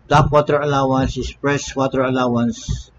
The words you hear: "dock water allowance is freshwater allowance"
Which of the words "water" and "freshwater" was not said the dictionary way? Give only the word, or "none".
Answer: freshwater